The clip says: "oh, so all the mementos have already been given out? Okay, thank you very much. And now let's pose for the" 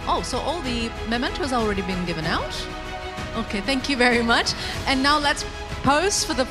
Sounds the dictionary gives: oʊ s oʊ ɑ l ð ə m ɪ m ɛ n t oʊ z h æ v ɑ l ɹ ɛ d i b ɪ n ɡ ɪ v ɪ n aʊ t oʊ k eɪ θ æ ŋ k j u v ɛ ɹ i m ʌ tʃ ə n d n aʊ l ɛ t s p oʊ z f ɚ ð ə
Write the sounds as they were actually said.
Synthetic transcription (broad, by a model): oʊ s oʊ ɑ l ð ə m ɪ m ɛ n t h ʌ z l ɹ ɛ d i b ɪ n ɡ ɪ v ɪ n aʊ t oʊ k eɪ θ æ ŋ k j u v ɛ ɹ i m ʌ tʃ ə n n aʊ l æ t s p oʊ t f ɚ ð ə